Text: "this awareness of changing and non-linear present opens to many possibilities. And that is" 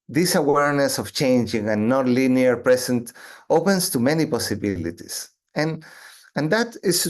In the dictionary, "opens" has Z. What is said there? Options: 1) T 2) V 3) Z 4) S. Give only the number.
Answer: 4